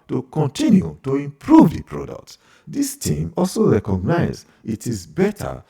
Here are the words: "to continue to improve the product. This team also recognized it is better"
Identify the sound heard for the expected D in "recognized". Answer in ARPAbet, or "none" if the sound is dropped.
none